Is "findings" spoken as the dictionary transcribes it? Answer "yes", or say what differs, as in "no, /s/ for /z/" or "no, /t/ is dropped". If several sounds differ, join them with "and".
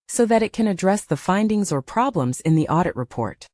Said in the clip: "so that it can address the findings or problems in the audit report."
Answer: yes